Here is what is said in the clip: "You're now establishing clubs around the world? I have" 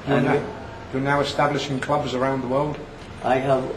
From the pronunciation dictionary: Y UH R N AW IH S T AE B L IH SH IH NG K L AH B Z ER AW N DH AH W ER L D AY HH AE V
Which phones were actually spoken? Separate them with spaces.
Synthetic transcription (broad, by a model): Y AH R N AW IH S T AE B L IH SH IH NG K L AH B Z ER AW N DH AH W ER L D AY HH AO